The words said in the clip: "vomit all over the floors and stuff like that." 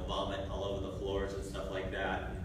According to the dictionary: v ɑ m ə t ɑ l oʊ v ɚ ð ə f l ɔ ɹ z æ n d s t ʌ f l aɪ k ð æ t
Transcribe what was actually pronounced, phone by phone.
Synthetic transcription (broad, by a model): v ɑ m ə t ɑ l oʊ v ɚ ð ə f l ɔ ɹ z n s t ʌ f l aɪ k ð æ t